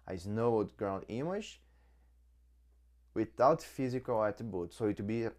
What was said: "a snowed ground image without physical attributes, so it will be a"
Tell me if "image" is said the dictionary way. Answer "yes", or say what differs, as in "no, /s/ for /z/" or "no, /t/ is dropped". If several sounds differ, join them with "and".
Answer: no, /ʃ/ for /dʒ/